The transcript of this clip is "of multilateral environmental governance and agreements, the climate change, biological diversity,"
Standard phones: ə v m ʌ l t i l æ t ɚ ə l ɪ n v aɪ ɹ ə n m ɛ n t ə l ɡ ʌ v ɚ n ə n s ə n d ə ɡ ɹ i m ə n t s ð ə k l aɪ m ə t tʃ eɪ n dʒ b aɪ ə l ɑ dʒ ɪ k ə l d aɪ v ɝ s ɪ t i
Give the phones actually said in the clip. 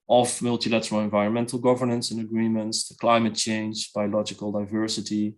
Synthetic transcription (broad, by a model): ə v m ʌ l t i l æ t ɚ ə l ɪ n v aɪ ɹ ə n m ɛ n t ə l ɡ ʌ v ɚ n ə n s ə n ə ɡ ɹ i m ə n t s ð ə k l aɪ m ə t tʃ eɪ n dʒ b aɪ ə l ɑ dʒ ɪ k ə l d aɪ v ɝ s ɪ t i